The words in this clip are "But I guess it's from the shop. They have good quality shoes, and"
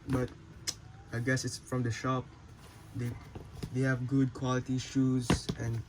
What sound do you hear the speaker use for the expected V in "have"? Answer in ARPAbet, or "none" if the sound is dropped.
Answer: V